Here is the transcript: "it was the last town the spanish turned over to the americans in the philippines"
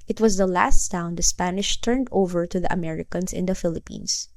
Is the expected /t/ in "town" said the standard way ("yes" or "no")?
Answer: no